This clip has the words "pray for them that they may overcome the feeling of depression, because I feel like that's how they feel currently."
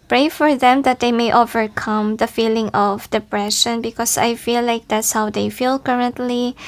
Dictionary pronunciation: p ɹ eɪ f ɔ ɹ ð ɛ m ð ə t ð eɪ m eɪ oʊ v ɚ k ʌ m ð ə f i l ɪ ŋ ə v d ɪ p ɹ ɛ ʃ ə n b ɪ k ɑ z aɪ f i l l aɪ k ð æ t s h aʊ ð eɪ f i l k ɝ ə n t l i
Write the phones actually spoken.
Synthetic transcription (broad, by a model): p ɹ eɪ f ɔ ɹ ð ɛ m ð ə t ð eɪ m eɪ oʊ v ɚ k ʌ m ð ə f i l ɪ ŋ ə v d ɪ p ɹ ɛ ʃ ə n b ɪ k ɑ s aɪ f i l l aɪ k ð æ t s h aʊ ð eɪ f i l k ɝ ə n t l i